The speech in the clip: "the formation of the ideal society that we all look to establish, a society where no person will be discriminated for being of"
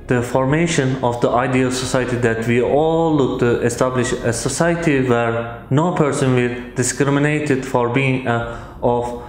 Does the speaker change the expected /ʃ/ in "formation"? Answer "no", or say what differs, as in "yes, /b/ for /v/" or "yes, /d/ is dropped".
no